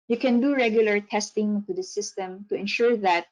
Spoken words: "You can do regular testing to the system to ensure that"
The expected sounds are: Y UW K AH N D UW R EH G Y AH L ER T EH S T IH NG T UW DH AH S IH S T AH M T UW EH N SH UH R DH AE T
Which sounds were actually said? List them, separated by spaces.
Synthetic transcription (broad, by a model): Y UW K AH N D UW R EH G Y AH L ER T EH S T IH NG T UW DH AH S IH S T AH M T UW EH N SH UH R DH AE T